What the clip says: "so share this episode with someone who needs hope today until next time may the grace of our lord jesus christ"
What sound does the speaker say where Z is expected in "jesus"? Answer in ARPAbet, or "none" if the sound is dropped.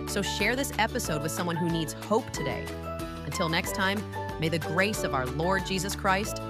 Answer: Z